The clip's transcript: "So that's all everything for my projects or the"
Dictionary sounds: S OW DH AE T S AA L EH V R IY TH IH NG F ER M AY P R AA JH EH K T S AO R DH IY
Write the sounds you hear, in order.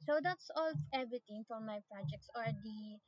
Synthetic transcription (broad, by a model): S OW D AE T S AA L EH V R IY T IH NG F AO M AY P R AA JH EH K T S AO R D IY